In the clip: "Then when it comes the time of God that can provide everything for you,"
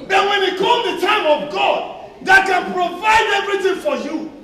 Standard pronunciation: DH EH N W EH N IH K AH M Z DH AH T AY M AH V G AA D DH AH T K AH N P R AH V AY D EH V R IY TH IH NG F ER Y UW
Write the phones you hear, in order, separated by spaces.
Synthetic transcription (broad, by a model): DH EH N W EH N IH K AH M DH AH T AY M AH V G AA D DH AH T K AH N P R AH V AY D EH V R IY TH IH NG F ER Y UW